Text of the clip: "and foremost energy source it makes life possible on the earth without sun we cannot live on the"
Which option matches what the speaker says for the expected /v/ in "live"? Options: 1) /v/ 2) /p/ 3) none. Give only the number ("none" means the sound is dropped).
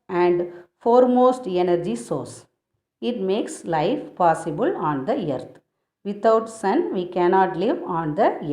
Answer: 1